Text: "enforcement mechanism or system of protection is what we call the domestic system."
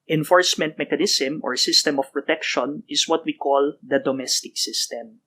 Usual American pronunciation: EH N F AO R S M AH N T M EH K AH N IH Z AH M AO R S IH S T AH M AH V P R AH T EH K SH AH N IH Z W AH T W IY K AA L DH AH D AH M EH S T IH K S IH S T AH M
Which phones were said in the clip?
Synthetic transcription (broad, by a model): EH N F AO R S M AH N T M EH K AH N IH S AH M AO R S IH S T AH M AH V P R AH T EH K SH AH N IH S W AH T W IY K AA L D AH D AH M EH S T IH K S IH S T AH M